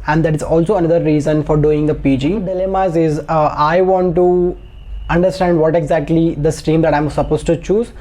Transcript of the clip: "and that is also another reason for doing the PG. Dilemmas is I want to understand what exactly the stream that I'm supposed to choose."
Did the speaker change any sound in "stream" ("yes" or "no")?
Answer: yes